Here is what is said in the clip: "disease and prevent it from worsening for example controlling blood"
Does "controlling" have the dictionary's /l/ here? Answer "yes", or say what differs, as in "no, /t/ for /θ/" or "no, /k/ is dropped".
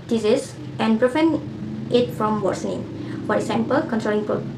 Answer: no, /n/ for /l/